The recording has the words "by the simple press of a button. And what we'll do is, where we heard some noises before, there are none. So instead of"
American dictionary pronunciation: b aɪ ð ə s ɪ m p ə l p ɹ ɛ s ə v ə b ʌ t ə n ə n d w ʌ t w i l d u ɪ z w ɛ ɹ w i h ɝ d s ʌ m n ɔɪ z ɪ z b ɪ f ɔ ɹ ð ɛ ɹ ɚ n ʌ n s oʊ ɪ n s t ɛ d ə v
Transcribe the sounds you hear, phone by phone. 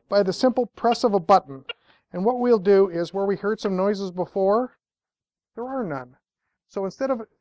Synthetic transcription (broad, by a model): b aɪ ð ə s ɪ m p l p ɹ ɛ s ə v ə b ʌ t n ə n w ʌ t w i l d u ɪ z w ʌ ɹ w i h ɝ d s ʌ m n ɔɪ z ɪ z b ɪ f ɔ ɹ ð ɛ ɹ ɚ n ʌ n s oʊ ɪ n s t ɛ d ə v